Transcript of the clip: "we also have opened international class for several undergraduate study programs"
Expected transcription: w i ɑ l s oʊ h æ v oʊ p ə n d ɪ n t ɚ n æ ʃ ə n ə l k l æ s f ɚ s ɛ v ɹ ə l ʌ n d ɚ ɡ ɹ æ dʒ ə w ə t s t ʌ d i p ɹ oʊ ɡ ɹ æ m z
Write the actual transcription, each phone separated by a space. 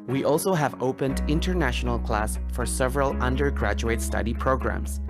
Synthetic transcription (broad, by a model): w i ɑ l s oʊ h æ v oʊ p ə n d ɪ n t ɚ n æ ʃ ə n ə l k l æ s f ɚ s ɛ v ɹ ə l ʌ n d ɚ ɡ ɹ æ dʒ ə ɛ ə t s t ʌ d i p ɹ oʊ ɡ ɹ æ m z